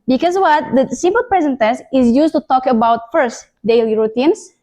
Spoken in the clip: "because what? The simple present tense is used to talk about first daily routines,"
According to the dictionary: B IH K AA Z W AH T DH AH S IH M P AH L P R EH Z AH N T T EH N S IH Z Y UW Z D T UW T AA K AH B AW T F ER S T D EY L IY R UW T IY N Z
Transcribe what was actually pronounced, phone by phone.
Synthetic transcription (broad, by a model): B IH K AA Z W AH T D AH S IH M P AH L P R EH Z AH N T T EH S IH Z Y UW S T UW T AA K AH B AW T F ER S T D EY L IY R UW T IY N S